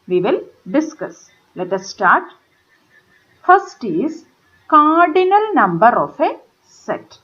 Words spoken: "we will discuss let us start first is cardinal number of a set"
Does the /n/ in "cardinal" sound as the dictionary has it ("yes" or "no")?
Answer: yes